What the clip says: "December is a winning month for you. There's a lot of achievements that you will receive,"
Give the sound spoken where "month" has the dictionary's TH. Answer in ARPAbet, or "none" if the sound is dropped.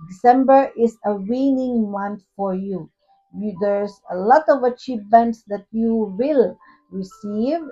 T